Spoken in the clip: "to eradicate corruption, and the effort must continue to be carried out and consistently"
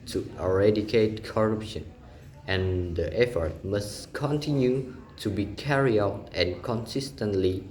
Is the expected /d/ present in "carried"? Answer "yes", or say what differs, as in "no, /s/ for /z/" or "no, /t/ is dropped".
no, /d/ is dropped